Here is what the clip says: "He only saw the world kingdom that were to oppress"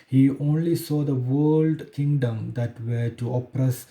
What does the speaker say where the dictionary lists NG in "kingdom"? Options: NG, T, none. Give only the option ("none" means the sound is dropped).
NG